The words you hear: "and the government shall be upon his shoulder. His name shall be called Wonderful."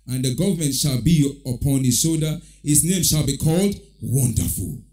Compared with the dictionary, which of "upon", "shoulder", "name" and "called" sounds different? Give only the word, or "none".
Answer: shoulder